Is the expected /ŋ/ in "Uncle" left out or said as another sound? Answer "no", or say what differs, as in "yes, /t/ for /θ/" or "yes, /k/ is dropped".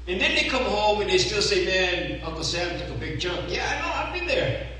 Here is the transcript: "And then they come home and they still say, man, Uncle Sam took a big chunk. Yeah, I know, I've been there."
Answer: yes, /ŋ/ is dropped